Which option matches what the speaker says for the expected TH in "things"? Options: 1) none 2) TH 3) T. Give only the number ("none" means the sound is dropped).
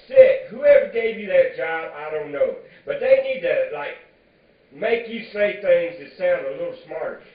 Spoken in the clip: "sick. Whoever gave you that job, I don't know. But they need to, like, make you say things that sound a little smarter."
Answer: 2